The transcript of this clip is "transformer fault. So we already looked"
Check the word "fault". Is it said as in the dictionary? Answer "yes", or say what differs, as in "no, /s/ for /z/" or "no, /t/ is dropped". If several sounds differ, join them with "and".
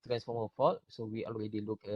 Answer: no, /l/ is dropped